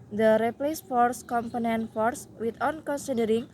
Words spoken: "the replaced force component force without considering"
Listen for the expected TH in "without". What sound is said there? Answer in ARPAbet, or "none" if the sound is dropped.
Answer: T